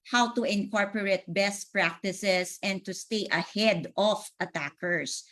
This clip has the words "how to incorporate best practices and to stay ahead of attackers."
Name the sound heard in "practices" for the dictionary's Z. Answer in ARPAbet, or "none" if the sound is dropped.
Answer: S